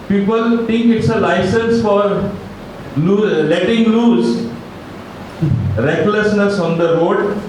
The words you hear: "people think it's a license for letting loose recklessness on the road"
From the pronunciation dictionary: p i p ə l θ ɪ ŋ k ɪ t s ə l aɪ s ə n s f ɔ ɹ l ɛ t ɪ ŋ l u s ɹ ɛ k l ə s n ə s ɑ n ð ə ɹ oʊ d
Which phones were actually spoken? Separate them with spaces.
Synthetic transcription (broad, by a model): p i p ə l t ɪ ŋ k ɪ t s ə l aɪ s ə n s f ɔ ɹ l ɛ t ɪ ŋ l u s ɹ ɛ k l ə s n ə s ɑ n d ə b oʊ d